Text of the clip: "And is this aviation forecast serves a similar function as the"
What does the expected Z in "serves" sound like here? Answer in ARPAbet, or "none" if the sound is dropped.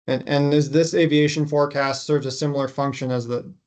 Z